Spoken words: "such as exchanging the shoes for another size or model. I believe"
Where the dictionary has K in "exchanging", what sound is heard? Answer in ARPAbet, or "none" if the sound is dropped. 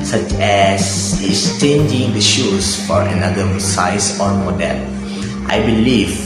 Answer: none